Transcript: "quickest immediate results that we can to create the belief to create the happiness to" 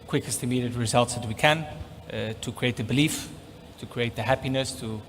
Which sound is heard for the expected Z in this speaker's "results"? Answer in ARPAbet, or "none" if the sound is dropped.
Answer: Z